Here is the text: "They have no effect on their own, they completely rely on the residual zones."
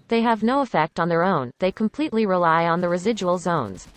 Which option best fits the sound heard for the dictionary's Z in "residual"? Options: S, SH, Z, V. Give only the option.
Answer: Z